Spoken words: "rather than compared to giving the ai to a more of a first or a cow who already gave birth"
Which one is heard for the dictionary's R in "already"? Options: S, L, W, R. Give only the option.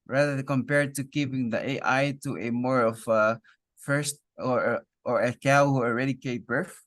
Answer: R